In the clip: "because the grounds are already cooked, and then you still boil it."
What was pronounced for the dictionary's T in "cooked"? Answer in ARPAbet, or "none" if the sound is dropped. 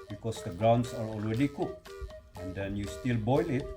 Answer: none